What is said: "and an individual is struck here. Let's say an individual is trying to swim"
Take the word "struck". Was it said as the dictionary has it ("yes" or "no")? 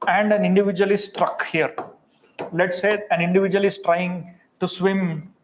yes